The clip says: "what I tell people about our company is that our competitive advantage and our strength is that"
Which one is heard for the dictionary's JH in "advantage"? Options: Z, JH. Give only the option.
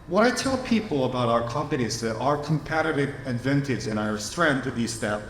Z